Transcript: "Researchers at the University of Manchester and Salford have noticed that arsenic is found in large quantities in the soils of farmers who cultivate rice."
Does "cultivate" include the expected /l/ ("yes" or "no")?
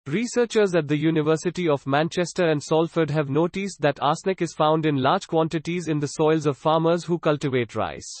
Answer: yes